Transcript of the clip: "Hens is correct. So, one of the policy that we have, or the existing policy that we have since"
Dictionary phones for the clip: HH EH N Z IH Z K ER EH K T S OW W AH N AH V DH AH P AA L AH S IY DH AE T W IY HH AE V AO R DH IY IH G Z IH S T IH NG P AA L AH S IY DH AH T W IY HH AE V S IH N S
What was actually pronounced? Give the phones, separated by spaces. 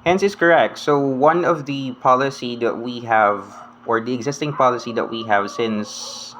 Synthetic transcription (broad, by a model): HH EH N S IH S K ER EH K T S OW W AH N AH V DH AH P AA L AH S IY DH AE T W IY HH AE V AO R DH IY IH G Z IH S T IH NG P AA L AH S IY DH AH T W IY HH AE V S IH N S